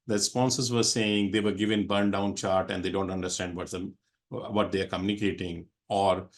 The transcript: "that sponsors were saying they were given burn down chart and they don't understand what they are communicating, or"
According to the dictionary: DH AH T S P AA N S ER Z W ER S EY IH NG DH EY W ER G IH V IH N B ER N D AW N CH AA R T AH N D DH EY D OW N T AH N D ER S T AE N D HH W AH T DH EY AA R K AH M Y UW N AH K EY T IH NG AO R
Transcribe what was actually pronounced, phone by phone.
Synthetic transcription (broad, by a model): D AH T S P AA N S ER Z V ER S EY IH NG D EY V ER G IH V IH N B ER N D AW N CH AA R T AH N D EY D OW N T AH N D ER S T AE N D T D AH T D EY AA R K AH M Y UW N AH K EY T IH NG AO R